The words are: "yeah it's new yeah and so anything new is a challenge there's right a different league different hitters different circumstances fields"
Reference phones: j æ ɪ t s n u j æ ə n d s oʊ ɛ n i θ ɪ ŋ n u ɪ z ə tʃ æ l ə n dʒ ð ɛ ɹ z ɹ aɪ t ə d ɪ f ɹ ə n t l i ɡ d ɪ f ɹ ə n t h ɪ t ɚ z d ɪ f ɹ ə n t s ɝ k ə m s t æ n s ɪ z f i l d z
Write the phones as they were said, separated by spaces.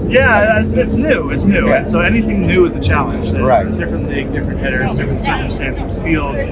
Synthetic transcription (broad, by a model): j æ ɪ t s n u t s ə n s oʊ ɛ n i θ ɪ ŋ n u ɪ z ə tʃ æ l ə n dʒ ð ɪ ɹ ɹ aɪ t d ɪ f ɹ ə n t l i d ɪ f ɹ ə n t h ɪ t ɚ z d ɪ f ɹ ə n t s ɝ k ə m s t æ n s ɪ z f i l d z